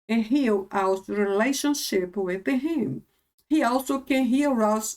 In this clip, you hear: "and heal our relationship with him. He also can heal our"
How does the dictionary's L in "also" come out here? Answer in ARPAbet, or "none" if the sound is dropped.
L